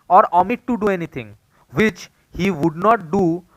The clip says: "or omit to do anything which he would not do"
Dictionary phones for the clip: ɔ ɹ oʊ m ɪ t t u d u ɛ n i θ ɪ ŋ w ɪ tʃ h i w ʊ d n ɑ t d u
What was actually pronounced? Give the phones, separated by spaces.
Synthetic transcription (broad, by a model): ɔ ɹ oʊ m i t t u d u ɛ n i t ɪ ŋ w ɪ tʃ h i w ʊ d n ɑ t d u